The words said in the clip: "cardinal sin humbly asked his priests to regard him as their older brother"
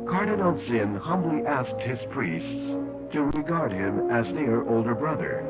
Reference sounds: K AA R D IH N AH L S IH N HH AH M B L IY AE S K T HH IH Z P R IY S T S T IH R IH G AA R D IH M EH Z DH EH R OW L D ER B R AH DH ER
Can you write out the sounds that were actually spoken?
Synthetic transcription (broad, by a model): K AA R D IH N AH L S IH N HH AH M B L IY AE S K T HH IH Z P R IY S T S T IH R IH G AA R D IH M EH Z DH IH R OW L D ER B R AH DH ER